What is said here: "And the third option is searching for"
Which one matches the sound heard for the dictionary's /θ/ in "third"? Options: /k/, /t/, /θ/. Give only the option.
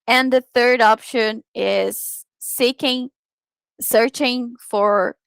/θ/